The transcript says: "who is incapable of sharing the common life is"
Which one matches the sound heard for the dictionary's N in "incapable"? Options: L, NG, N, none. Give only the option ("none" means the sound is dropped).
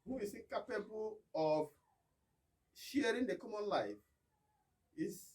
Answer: none